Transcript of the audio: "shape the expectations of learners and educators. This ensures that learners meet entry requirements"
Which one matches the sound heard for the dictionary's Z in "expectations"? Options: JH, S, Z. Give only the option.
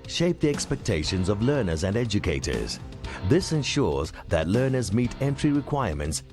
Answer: Z